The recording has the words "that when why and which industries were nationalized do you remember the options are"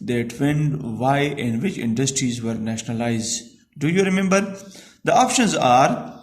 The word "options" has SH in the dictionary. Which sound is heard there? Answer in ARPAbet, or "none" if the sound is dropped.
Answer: SH